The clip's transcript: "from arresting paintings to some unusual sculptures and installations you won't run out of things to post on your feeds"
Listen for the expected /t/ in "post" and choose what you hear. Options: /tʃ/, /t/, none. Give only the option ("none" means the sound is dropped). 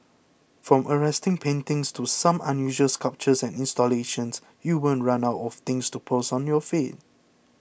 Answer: none